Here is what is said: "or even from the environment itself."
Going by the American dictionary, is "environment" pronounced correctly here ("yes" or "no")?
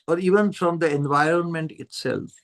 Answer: yes